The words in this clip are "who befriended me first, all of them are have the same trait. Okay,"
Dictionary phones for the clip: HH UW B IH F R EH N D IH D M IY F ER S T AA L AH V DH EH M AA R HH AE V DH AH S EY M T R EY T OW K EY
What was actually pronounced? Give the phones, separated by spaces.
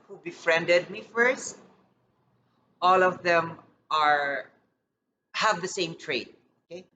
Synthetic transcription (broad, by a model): HH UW B IH F R EH N D IH D M IY F ER S T AA L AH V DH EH M AA R HH AE V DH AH S EY M T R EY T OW K EY